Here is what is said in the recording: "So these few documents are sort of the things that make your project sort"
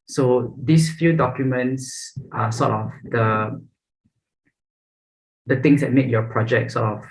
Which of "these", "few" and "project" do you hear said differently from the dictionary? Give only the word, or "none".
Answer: these